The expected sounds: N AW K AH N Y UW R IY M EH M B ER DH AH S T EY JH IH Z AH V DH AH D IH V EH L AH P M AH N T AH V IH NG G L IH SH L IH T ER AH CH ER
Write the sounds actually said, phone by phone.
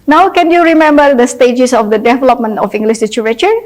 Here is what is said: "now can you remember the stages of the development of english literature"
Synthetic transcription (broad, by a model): N AW K AH N Y UW R IY M EH M B ER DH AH S T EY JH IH S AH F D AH D IH V EH L AH P M AH N T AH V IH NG G L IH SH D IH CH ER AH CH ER